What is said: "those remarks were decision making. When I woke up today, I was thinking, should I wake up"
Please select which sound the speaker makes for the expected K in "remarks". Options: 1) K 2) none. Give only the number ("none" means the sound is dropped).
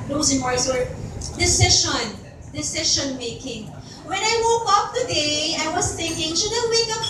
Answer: 2